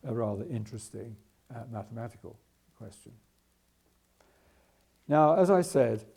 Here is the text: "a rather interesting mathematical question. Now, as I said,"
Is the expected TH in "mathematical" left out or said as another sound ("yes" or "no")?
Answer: no